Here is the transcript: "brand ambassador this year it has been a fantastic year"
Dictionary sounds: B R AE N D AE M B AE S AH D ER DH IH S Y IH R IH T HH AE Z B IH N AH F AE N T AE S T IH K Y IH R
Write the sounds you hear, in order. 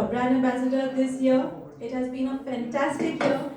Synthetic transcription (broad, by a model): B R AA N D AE B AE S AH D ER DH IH S Y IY IH T HH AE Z B IH N AH F AE N T AE S T IH K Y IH